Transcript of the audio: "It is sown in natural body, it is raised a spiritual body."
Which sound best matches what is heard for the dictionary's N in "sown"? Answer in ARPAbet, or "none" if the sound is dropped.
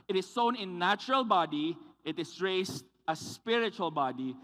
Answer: N